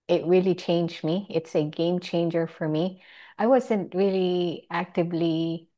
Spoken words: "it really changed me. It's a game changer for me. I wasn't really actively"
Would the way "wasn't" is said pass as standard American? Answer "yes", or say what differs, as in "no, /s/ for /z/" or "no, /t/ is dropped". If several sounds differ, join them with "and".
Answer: yes